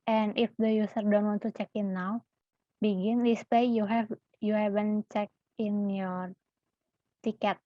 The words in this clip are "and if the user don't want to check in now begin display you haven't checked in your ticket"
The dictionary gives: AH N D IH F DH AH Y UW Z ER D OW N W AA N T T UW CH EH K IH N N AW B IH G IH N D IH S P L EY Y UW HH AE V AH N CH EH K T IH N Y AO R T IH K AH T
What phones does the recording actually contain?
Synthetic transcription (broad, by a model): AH N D IH F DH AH Y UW S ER D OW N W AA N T T UW CH EH K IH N N AW B IH G IH N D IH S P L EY Y UW HH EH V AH N CH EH K IH N Y AO R T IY K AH T